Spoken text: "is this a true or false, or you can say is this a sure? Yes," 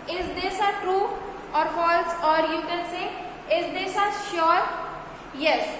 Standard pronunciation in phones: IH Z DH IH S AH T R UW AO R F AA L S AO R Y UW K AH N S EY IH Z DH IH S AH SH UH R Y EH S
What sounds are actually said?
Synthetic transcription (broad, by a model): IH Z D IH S AH T R UW AO R F AA L S AO R Y UW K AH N S EY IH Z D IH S AH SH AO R Y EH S